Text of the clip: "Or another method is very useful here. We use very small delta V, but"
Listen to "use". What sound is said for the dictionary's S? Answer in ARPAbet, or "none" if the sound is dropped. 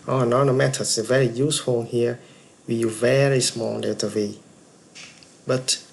none